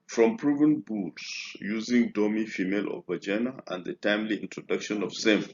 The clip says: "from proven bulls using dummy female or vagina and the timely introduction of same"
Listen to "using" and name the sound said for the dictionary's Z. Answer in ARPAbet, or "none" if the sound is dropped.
Z